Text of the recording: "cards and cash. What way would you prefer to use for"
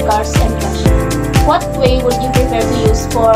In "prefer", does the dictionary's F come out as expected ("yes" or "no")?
no